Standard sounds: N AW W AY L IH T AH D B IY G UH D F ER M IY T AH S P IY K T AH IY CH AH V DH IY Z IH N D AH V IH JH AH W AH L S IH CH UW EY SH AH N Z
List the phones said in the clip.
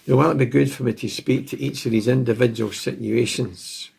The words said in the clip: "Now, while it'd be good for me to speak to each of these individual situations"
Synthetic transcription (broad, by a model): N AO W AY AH B IY G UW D F ER M IY T AH S P IY K T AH IY CH AH V DH IY Z IH N D AH V IH JH AH W AH L S IH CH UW EY SH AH N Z